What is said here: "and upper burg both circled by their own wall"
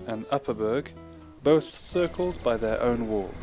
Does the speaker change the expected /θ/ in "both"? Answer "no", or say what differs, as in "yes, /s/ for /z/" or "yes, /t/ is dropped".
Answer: no